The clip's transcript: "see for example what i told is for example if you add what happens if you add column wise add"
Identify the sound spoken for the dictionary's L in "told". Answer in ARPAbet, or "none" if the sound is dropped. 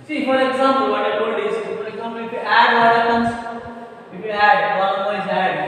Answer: none